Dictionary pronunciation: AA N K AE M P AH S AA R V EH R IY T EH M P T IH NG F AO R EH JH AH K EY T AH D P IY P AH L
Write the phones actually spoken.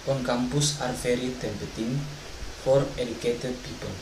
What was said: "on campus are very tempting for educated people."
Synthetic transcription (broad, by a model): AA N K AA M P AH S AA R F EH R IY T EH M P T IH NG F AO R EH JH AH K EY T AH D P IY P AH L